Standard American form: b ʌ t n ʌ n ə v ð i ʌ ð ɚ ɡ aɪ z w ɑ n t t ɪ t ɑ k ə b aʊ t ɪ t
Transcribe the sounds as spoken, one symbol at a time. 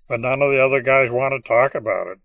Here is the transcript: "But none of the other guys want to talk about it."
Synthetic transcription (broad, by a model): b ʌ t n ʌ n ə v ð i ʌ ð ɚ ɡ aɪ z w ɑ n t t ɪ t ɑ k ə b aʊ t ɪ t